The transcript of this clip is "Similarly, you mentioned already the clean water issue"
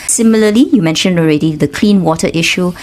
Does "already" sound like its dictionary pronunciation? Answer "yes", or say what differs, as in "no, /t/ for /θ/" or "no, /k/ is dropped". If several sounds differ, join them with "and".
yes